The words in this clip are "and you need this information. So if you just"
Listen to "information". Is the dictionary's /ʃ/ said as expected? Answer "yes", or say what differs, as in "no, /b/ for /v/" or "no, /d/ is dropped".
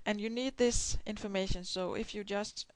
yes